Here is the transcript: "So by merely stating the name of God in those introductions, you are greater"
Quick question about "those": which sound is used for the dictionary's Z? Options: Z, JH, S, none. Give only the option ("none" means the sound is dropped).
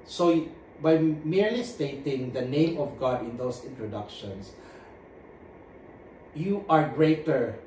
S